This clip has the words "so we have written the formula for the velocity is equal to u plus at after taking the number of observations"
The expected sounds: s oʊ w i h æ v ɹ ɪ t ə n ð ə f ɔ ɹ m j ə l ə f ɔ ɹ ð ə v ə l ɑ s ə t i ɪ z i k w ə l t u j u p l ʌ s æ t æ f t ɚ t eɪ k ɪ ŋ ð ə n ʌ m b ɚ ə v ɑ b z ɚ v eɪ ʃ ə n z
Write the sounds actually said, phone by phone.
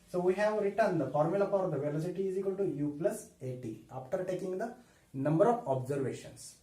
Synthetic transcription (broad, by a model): s oʊ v i h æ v ɹ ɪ t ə n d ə f ɔ ɹ m j ə l ə p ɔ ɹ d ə v ə l ɑ s ə t i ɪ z i k w ə l t u j u p l ʌ s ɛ t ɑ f t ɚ t eɪ k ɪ ŋ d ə n ʌ m b ɚ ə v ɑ b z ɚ v eɪ ʃ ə n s